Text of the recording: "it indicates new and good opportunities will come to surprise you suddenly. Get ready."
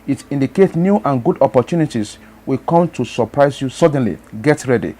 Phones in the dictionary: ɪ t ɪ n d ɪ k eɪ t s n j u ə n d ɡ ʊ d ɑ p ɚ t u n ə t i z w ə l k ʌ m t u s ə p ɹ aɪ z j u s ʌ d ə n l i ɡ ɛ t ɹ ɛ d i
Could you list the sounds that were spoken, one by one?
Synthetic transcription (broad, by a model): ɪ t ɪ n d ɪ k eɪ t n j u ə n ɡ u d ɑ p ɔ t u n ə t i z w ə k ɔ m t u s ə p ɹ aɪ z j u s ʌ d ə n l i ɡ ɛ t ɹ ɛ d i